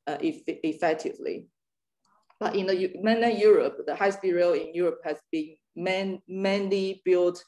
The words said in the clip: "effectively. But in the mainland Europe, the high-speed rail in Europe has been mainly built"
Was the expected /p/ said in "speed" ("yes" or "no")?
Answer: no